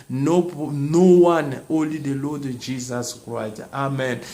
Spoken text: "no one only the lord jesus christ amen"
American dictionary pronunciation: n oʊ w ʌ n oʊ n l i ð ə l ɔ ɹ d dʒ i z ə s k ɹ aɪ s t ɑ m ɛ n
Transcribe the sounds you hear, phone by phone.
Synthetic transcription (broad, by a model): n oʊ w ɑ n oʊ l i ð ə l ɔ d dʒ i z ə s k ɹ aɪ s t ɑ m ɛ n